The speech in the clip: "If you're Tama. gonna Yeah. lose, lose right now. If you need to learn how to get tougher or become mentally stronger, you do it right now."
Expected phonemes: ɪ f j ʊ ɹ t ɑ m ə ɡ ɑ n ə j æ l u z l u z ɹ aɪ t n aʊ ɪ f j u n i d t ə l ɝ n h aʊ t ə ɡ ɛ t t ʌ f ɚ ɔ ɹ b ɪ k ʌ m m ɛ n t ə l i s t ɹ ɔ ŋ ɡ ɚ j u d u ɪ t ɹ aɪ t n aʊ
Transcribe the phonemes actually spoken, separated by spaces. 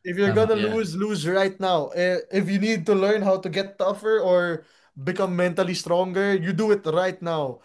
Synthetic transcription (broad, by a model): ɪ f j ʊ ɹ ɡ ɑ n ə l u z l u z ɹ aɪ t n aʊ ɪ f j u n i d t ə l ɝ n h aʊ t ə ɡ ɛ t t ʌ f ɚ ɔ ɹ b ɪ k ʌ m m ɛ n t ə l i s t ɹ ɔ ŋ ɡ ɚ j u d u ɪ t ɹ aɪ t n aʊ